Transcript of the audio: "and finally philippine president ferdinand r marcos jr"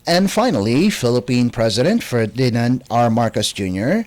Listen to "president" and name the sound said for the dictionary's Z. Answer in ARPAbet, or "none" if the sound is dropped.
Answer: Z